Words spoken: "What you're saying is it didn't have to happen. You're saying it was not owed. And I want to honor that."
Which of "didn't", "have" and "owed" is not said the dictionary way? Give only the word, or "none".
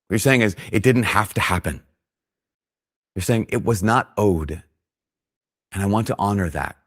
have